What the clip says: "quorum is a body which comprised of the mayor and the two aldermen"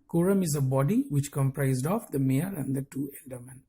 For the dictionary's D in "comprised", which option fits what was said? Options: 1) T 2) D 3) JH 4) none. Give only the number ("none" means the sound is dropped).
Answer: 2